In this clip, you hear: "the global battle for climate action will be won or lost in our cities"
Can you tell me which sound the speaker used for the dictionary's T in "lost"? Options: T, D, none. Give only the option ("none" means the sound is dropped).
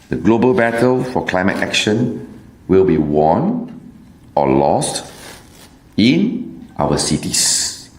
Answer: T